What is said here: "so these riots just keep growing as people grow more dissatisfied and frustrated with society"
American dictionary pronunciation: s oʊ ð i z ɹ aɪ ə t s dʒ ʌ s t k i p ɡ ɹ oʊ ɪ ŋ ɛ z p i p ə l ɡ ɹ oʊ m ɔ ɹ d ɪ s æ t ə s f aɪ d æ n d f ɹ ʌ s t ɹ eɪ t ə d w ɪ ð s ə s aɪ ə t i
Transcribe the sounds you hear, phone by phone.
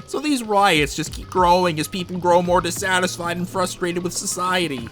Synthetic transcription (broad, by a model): s oʊ ð i z ɹ aɪ ə t s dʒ ʌ s k i p ɡ ɹ oʊ ɪ ŋ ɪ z p i p l ɡ ɹ oʊ m ɔ ɹ d ɪ s æ t ə s f aɪ d n f ɹ ʌ s t ɹ eɪ t ə d w ɪ ð s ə s aɪ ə t i